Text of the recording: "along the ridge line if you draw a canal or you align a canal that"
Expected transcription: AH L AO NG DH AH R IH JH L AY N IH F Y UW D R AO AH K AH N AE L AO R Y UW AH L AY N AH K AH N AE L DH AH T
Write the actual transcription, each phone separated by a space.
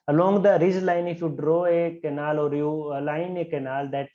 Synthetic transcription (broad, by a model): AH L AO NG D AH R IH Z L AY N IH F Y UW D R AO AH K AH N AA L AO R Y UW L AY N AH K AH N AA L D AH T